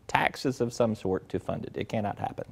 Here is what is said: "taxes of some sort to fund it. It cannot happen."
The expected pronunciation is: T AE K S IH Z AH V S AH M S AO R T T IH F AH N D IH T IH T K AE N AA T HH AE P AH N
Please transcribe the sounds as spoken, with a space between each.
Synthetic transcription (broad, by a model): T AE K S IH Z AH V S AH M S AO R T T IH F AH N D IH T IH T K AE N AA T HH AE P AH N